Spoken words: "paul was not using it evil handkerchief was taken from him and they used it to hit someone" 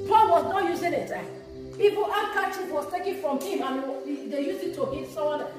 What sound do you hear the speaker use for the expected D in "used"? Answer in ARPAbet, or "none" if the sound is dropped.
none